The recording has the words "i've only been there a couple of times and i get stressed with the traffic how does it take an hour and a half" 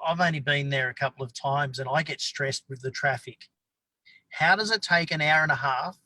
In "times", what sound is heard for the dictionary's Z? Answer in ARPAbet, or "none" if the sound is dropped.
Z